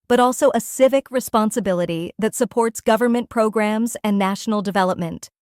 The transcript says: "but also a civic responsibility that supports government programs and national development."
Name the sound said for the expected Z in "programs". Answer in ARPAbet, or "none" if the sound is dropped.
Z